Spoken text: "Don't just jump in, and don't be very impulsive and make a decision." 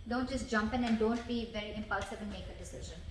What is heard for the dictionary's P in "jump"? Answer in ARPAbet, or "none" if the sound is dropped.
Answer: P